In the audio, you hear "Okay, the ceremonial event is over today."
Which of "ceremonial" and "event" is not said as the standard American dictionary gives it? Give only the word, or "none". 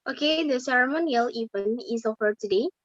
event